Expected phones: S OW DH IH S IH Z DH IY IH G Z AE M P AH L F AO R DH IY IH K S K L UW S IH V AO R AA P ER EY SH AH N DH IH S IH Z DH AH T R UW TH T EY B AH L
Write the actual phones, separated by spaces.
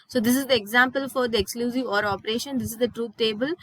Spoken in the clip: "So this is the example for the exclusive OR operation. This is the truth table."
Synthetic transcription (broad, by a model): S OW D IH S IH Z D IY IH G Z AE M P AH L F AO R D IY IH K S K L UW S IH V AO R AA P ER EY SH AH N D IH S IH Z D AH T R UW T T EY B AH L